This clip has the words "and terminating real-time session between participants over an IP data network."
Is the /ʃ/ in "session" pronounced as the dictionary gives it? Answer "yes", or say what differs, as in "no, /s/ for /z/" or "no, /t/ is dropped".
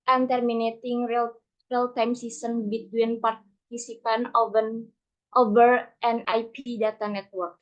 no, /s/ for /ʃ/